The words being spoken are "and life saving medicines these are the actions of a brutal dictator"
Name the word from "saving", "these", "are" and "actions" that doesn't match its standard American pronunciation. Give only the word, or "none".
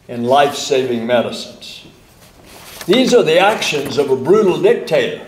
none